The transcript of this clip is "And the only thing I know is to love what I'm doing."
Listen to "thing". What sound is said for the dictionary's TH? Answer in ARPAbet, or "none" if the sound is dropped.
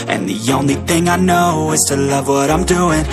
TH